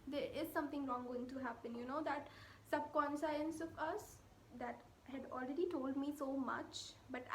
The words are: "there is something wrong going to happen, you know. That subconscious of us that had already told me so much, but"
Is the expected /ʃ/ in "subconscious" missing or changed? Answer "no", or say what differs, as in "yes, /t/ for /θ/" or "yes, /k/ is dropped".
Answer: yes, /s/ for /ʃ/